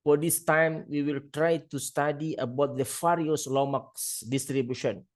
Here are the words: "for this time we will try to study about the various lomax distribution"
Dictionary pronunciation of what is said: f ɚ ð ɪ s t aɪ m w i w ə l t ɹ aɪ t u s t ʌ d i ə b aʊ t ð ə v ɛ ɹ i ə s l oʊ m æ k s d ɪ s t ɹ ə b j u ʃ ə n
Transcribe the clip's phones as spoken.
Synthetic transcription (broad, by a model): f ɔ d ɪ s t aɪ m w i w ə l t ɹ aɪ t u s t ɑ d i ə b aʊ t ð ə f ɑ ɹ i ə s l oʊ m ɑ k s d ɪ s t ɹ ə b j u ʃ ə n